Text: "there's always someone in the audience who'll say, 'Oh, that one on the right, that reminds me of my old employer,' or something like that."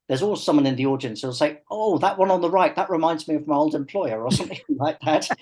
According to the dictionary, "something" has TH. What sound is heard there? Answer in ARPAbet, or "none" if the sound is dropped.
TH